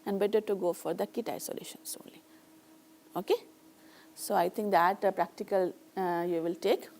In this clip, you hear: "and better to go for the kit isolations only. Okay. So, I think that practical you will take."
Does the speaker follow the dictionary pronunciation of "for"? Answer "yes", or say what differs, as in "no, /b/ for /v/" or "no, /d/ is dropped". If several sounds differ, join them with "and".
yes